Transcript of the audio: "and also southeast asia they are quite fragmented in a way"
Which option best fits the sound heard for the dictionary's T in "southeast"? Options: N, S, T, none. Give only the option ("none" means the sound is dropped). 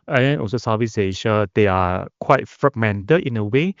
none